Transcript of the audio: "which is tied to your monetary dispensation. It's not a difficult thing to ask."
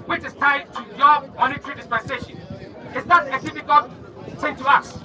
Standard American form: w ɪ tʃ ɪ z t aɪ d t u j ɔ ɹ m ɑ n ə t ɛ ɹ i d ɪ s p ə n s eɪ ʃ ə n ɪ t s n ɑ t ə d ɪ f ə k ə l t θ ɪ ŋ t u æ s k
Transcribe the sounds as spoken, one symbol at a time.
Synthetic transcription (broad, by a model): w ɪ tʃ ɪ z t aɪ d t u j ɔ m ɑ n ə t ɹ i d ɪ s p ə n s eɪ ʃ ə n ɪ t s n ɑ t ə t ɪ p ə k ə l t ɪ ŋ t u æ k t